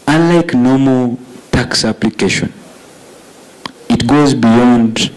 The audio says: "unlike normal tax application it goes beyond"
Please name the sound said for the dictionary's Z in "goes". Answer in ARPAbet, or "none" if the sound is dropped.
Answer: Z